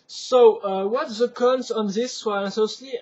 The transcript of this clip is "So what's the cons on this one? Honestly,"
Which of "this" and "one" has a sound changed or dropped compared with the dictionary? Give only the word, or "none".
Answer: one